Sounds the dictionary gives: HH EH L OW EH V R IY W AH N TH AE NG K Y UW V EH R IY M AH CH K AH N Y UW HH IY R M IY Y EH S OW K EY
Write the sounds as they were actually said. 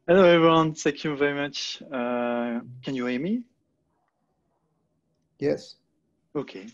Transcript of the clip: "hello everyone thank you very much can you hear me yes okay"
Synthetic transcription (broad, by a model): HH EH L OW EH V R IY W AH N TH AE K Y UW V EH R IY M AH CH K AH N Y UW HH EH M IY Y EH S OW K EY